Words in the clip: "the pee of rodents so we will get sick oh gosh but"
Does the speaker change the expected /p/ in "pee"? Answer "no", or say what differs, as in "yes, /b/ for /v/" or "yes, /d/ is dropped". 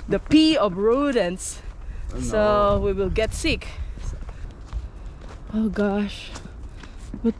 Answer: no